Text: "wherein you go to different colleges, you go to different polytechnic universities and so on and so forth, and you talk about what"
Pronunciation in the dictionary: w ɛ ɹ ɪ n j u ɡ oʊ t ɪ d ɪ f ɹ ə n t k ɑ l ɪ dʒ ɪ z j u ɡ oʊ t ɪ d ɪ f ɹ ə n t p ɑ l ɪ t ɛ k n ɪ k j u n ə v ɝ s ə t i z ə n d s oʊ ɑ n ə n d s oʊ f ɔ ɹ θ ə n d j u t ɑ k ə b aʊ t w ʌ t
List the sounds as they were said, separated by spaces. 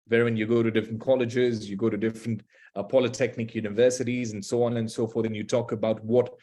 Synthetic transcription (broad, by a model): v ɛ ɹ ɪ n j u ɡ oʊ t ɪ d ɪ f ɹ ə n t k ɑ l ɪ dʒ ɪ z j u ɡ oʊ t ɪ d ɪ f ɹ ə n t p ɑ l ɪ t ɛ k n ɪ k j u n ə v ɝ s ə t i z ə n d s oʊ ɑ n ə n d s oʊ f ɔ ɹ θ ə n j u t ɑ k ə b aʊ t w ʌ t